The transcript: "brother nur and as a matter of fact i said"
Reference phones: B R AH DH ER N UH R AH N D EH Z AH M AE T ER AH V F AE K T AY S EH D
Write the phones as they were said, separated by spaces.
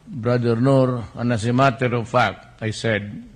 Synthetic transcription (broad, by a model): B R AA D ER N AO R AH N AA S AH M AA T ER AH V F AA K AY S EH D